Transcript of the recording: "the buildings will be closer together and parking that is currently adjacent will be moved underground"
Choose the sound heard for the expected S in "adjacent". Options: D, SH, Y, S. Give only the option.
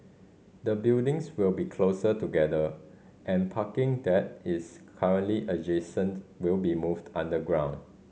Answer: S